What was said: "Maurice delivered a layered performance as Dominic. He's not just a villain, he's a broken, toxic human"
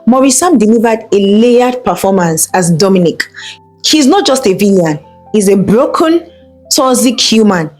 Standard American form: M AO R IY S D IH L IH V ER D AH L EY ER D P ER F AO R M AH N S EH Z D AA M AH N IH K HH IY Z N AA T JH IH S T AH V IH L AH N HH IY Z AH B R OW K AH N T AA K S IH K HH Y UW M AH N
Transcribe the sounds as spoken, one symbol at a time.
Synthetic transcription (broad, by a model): M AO R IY S D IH L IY V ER D AH L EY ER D P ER F AO M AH N S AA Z D AA M AH N IH K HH IY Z N AA T JH IH S T AH V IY AH N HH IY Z AH B R OW K AH N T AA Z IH K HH Y UW M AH N